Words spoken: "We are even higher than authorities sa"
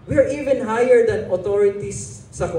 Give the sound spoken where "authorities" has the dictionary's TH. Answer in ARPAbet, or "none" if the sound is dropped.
T